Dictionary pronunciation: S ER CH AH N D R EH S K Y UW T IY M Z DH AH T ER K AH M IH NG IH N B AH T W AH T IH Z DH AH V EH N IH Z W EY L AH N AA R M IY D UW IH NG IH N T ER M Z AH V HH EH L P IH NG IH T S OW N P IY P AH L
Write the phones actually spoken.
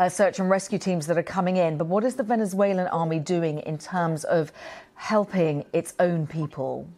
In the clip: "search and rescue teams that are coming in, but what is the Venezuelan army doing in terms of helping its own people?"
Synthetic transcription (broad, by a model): S ER CH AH N R EH S K Y UW T IY M Z DH AH T ER K AH M IH NG IH N B AH T W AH T IH Z DH AH V EH N IH Z W EY L AH N AA R M IY D UW IH NG IH N T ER M Z AH V HH EH L P IH NG IH T S OW N P IY P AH L